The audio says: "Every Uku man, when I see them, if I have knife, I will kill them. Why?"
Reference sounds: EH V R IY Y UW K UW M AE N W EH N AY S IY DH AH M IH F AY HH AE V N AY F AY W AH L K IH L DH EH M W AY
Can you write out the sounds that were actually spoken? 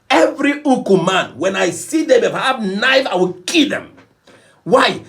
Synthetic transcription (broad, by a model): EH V R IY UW K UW M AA N W EH N AY S IY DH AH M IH P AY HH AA P N AY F AY W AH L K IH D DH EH M W AY